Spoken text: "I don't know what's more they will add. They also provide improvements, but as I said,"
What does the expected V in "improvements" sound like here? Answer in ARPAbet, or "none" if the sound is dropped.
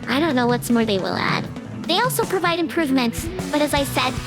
V